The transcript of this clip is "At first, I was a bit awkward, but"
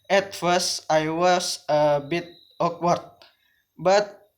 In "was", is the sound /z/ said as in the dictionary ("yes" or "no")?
no